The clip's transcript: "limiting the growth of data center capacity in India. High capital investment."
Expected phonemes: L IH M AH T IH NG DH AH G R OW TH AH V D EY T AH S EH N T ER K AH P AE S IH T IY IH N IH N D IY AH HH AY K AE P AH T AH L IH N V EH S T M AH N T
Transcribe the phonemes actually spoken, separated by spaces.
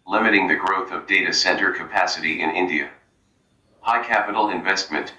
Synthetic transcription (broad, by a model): L IH M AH T IH NG DH AH G R OW TH AH V D EY T AH S EH N T ER K AH P AE S IH T IY IH N IH N D IY AH HH AY K AE P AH T L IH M V EH S T M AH N T